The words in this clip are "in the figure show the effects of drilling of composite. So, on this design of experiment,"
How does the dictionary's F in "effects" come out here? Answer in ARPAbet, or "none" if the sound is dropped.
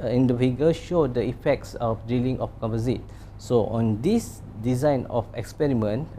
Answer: F